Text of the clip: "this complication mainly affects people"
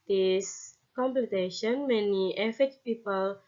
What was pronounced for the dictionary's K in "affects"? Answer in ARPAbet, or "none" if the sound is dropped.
none